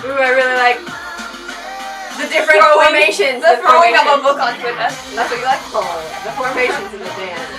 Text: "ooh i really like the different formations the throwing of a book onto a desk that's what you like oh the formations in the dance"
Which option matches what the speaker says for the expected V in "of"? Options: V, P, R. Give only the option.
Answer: P